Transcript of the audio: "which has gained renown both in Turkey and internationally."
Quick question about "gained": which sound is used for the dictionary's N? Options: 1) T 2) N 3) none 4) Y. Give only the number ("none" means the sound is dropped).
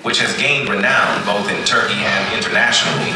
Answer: 2